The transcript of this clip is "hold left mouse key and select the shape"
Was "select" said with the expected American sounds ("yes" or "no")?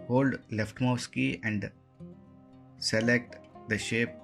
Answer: yes